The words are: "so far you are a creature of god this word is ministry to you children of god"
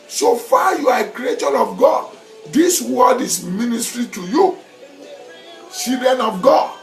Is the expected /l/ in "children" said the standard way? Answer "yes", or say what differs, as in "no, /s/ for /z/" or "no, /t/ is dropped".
no, /l/ is dropped